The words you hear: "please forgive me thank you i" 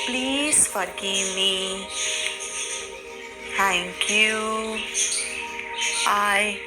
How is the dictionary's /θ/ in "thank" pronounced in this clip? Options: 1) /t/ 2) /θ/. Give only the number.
1